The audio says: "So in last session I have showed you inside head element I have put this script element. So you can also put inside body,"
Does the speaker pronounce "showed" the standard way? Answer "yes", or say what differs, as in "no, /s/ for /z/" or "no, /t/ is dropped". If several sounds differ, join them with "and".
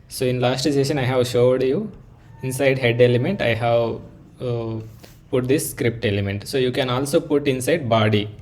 yes